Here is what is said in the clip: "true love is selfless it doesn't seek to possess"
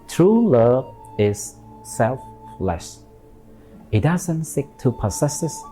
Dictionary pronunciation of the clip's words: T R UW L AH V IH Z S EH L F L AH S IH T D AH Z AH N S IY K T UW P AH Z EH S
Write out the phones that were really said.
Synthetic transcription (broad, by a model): T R UW L AH V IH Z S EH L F L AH SH IH T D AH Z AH N S IY K T UW P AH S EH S